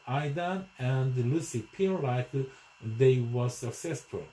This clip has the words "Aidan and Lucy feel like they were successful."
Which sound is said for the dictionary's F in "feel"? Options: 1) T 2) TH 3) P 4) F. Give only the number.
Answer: 3